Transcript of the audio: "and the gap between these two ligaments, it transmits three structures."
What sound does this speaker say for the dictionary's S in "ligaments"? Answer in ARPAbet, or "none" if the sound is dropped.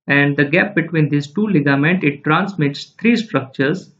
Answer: none